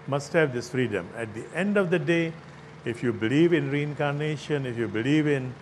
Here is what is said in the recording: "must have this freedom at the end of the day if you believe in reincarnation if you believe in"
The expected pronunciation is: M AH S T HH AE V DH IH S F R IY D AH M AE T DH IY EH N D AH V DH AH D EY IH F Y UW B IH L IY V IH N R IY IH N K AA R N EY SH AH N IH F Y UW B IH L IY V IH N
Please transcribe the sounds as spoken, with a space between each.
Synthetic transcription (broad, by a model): M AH S T HH AE V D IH S F R IY D AH M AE T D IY EH N D AH V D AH D EY IH F Y UW B IH L IY V IH N R IY IH N K AA R N EY SH AH N IH F Y UW B IH L IY V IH N